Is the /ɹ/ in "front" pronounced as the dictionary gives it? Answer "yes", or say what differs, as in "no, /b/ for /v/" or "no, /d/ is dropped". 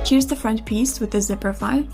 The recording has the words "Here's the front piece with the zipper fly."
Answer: yes